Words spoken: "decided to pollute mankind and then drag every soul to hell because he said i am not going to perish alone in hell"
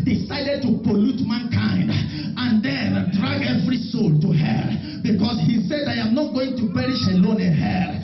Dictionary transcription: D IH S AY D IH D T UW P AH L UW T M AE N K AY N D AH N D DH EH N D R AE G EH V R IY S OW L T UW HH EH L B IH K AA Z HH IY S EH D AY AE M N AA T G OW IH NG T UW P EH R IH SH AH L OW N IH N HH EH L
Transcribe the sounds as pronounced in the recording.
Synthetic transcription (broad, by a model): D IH S AY D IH D T UW P AH L UW T M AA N K AY N D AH N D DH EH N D R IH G EH V R IY S OW L T UW HH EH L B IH K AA S HH IY S EH D AY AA M N AA T G OW IH NG T UW P EH R IH SH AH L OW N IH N HH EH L